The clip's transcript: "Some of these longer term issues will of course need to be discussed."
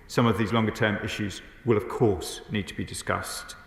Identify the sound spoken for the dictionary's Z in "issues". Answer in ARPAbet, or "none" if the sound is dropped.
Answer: Z